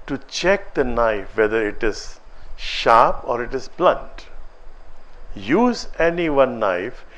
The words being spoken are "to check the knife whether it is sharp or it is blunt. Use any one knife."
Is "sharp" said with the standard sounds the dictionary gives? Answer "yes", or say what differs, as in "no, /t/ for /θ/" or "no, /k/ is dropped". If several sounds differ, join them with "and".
yes